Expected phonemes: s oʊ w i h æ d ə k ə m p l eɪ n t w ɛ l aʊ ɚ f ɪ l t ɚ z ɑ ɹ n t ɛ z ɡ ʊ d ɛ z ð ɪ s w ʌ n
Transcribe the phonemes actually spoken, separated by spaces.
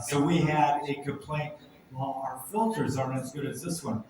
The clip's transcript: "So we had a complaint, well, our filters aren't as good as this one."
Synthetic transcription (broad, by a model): s oʊ w i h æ d ə k ə m p l eɪ n t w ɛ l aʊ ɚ f ɪ l t ɚ z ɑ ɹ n ɛ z ɡ ʊ d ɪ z ð ɪ s w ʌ n